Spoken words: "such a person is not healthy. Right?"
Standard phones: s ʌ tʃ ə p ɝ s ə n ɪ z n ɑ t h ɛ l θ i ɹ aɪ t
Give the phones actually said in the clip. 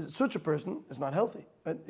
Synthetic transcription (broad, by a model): s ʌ tʃ ə p ɝ s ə n ɪ z n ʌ t h ɛ l θ i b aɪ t